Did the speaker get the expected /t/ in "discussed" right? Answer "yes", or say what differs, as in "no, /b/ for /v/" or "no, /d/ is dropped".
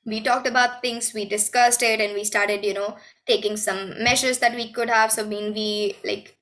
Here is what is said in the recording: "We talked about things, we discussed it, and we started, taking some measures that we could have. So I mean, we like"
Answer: yes